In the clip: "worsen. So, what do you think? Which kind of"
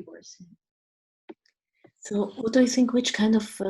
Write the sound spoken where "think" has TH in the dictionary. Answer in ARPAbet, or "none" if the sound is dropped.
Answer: TH